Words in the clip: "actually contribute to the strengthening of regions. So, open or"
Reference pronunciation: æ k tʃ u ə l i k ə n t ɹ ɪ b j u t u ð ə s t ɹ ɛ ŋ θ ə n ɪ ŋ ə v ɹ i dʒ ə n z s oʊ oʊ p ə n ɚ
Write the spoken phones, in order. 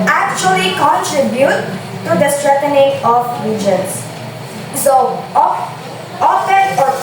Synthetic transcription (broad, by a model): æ k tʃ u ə l i k ə n t ɹ ɪ b j u t u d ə s t ɹ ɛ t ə n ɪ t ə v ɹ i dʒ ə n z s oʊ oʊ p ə ɚ